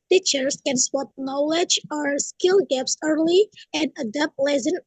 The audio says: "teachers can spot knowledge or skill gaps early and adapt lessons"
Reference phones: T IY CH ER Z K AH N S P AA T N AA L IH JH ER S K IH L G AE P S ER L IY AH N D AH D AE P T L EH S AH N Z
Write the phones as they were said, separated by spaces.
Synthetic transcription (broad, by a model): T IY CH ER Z K AH N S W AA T N AA L IH JH ER S K IH L G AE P S ER L IY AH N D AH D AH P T L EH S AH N